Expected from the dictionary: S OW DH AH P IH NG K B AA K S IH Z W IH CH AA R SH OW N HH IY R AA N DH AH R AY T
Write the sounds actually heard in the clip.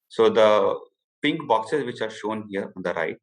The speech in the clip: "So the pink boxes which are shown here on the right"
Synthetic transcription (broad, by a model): S OW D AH P IH NG K B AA K S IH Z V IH CH AA R SH OW N HH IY R AA N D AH R AY